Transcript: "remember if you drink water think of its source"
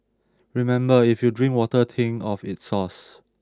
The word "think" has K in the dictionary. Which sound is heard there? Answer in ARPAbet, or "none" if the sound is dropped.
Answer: none